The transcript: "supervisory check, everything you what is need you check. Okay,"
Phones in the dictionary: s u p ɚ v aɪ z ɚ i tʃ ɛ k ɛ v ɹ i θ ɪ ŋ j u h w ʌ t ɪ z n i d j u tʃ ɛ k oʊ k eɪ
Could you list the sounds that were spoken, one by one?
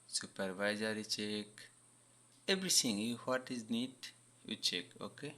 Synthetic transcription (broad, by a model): s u p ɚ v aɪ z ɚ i tʃ ɛ k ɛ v ɹ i t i ŋ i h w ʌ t ɪ z n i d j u tʃ ɛ k oʊ k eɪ